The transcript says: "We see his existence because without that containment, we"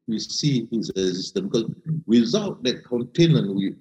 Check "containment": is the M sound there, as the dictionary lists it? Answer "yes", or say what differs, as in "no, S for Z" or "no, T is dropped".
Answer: no, M is dropped